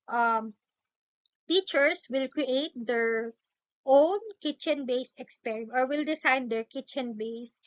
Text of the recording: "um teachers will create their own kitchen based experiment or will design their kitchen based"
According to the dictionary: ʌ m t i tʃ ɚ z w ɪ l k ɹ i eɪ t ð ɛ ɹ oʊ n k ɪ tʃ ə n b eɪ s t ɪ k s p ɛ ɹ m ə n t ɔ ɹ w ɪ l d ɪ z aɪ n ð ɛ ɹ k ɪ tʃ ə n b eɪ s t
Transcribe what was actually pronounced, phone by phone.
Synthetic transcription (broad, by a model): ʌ m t i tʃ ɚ s w ɪ l k ɹ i eɪ t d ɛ ɹ oʊ n k ɪ tʃ ə n b eɪ s ɪ k s p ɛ ɹ ə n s ɔ ɹ w ɪ l d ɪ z aɪ n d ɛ ɹ k ɪ tʃ ə n b eɪ s